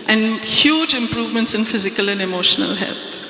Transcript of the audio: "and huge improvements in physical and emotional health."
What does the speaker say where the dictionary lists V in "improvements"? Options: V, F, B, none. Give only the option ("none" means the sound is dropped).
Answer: V